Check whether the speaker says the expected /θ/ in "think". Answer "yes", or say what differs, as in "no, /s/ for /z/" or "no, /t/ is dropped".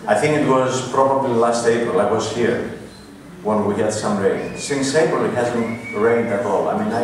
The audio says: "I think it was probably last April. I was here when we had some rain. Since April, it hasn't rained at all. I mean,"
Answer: yes